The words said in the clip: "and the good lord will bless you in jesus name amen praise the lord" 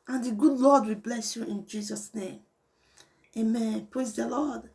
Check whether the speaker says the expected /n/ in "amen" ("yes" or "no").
yes